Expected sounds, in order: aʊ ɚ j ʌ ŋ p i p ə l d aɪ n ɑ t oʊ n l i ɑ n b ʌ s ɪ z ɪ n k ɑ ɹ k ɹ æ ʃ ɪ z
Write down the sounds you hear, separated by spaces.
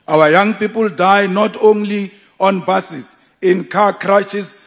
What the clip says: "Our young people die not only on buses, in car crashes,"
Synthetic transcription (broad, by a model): aʊ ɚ j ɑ ŋ p i p ə l d aɪ n ɑ t oʊ n l i ɑ n b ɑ s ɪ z ɪ n k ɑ k ɹ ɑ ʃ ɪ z